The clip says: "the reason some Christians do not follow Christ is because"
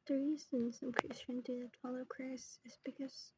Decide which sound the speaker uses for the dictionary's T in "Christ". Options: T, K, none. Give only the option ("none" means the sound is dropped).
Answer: none